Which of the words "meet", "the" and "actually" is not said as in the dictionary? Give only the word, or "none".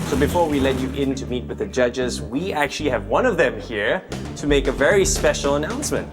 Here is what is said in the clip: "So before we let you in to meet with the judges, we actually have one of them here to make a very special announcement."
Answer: none